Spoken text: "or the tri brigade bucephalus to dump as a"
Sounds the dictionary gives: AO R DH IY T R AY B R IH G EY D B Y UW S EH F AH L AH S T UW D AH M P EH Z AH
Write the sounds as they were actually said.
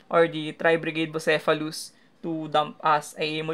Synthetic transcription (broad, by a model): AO R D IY T R AY B R IH G EY D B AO S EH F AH L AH S T UW D AH M P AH S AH